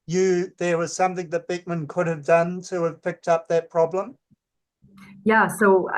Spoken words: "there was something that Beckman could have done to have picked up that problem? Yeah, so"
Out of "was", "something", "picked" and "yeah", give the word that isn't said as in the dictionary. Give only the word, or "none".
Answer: none